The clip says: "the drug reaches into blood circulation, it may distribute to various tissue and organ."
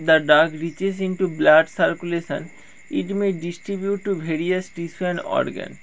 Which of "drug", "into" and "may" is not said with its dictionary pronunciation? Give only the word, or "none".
drug